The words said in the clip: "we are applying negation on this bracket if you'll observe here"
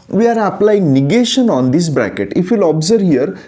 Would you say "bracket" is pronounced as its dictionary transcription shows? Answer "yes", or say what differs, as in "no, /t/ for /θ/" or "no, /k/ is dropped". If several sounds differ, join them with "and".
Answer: yes